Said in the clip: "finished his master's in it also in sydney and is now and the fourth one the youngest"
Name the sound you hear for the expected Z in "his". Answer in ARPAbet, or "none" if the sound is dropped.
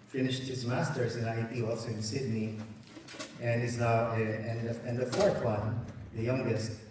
Z